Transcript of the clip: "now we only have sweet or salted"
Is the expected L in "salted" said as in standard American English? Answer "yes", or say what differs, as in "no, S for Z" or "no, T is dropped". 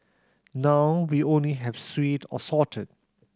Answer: no, L is dropped